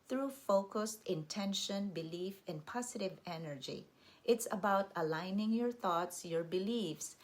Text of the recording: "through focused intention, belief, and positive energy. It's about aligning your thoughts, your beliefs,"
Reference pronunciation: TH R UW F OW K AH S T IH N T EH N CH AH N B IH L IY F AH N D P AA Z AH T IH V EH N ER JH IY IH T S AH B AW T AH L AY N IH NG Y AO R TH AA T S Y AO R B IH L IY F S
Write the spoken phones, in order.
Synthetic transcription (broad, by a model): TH R UW F OW K AH S T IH N T EH N SH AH N B IH L IY F AH N D P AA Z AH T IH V EH N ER JH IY IH T S AH B AW T AH L AY N IH NG Y AO R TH AA T S Y AO R B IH L IY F S